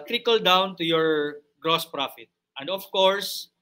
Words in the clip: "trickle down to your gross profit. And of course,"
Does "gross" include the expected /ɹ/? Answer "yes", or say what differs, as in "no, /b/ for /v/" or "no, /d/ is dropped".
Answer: yes